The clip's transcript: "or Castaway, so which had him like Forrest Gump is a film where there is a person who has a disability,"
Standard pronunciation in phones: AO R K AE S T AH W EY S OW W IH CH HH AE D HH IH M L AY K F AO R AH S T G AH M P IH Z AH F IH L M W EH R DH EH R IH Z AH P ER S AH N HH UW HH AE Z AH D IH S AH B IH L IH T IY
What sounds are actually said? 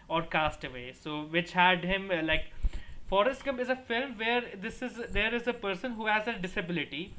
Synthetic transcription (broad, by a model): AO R K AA S T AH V EY S OW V IH CH HH AE D HH IH M L AY K F AO R AH S T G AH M IH Z AH F IH L M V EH R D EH R IH Z AH P ER S AH N HH UW HH AE Z AH D IH S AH B IH L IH T IY